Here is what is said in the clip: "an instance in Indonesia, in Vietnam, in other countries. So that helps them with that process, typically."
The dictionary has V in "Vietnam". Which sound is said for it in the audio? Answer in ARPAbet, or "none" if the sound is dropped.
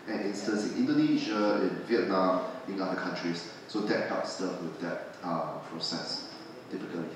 V